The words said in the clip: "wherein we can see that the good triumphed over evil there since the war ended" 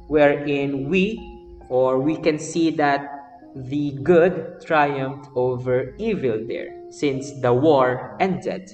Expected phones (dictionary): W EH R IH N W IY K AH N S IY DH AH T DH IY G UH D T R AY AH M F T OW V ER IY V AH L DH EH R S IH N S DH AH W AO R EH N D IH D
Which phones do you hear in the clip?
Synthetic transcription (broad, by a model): W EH R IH N W IY K AH N S IY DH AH T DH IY G UH D T R AY AH M F T OW V ER IY V AH L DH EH R S IH N S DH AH W AO R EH N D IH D